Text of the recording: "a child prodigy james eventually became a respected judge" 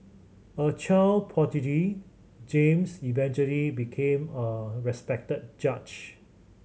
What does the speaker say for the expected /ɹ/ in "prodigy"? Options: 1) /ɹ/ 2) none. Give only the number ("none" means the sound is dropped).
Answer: 2